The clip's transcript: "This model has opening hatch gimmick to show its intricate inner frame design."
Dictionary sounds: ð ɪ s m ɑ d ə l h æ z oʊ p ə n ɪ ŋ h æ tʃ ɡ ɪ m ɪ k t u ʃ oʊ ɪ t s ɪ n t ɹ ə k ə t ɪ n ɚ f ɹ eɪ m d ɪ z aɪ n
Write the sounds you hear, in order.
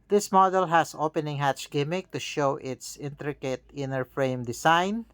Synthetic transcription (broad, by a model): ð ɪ s m ɑ d ə l h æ s oʊ p ə n ɪ ŋ h æ tʃ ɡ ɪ m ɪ k t u ʃ oʊ ɪ t s ɪ n t ɹ ə k ə t ɪ n ɚ f ɹ eɪ m d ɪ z aɪ n